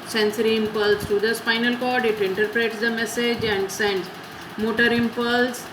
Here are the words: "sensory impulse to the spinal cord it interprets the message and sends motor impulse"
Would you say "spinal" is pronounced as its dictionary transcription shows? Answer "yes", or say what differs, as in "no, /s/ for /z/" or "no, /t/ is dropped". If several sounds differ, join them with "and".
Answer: no, /f/ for /p/